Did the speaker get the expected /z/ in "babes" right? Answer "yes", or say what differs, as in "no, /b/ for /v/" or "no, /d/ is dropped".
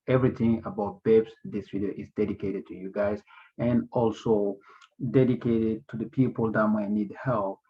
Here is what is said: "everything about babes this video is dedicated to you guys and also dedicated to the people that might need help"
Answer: no, /s/ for /z/